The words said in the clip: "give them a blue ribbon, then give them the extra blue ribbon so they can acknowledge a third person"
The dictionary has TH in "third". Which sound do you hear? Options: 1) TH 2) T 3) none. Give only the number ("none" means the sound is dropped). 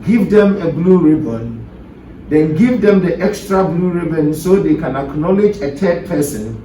2